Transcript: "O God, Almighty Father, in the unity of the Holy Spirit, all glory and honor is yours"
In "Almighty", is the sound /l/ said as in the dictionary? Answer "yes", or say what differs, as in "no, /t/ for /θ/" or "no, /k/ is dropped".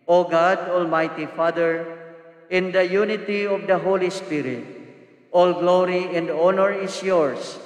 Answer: yes